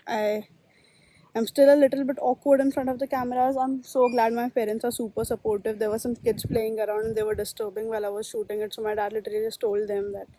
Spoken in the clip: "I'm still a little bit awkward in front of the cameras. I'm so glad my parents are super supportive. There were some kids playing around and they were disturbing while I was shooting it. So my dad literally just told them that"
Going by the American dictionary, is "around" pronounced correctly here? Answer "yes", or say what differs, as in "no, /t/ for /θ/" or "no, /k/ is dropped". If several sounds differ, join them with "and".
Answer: no, /n/ is dropped